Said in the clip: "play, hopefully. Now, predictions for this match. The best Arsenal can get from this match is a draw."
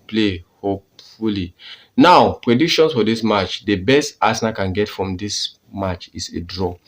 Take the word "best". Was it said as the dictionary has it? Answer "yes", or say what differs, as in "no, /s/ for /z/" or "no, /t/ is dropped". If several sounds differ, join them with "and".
yes